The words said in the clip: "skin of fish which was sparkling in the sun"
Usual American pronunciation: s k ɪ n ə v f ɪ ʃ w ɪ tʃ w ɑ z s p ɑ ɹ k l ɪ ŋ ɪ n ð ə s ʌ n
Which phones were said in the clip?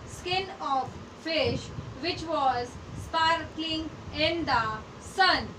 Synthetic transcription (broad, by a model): s k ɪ n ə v f ɪ ʃ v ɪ tʃ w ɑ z s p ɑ ɹ k ɪ ŋ ɪ n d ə s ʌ n